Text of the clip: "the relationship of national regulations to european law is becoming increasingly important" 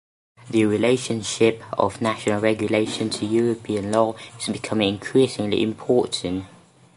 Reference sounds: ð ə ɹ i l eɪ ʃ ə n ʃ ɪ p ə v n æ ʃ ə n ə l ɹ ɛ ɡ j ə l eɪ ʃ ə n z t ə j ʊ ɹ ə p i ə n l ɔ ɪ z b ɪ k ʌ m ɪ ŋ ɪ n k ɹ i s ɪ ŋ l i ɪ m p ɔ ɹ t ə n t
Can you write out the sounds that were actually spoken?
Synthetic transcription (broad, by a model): ð ə ɹ i l eɪ ʃ ə n ʃ ɪ p ə v n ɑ ʃ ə n ə l ɹ ɛ ɡ j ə l eɪ ʃ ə n t ə j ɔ ɹ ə p i ə n l ɔ ɪ z b ɪ k ʌ m ɪ ŋ ɪ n k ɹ i s ɪ ŋ l i ɪ m p ɔ t n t